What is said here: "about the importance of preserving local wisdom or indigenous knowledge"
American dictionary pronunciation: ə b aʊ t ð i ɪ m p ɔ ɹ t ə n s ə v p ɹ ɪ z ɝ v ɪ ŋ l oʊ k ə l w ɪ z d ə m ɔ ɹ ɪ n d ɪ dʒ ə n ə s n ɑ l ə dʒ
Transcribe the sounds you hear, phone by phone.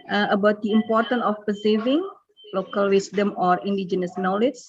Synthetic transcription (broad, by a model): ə b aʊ t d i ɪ m p ɔ ɹ t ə n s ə f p ɪ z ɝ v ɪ ŋ l oʊ k ə l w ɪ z d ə m ɔ ɹ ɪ n d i dʒ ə n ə s n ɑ l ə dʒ